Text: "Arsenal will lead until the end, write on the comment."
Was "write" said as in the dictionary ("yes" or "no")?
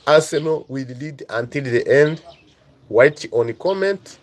no